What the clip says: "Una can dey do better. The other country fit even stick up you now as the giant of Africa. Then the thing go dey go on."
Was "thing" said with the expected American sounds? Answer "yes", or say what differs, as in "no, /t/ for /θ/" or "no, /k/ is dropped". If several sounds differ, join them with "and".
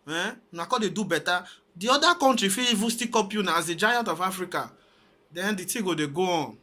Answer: no, /t/ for /θ/